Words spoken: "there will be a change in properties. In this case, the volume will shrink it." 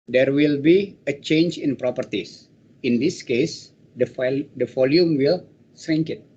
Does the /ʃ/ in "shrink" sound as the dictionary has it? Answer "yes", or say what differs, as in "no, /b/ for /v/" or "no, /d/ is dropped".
no, /s/ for /ʃ/